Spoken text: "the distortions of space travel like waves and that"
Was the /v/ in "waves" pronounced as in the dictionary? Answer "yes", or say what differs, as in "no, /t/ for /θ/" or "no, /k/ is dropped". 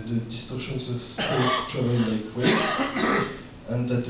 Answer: no, /v/ is dropped